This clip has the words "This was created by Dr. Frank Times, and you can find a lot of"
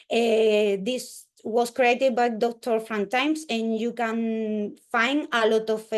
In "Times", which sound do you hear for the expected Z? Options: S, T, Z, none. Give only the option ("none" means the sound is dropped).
S